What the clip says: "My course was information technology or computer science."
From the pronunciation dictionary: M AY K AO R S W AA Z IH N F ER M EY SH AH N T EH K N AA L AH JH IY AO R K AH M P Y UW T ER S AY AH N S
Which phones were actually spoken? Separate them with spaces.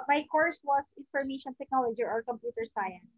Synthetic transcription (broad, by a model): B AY K AO R S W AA S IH N F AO M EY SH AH N T EH K N AA L AH JH IY AO R K AH M P Y UW T ER S AY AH N S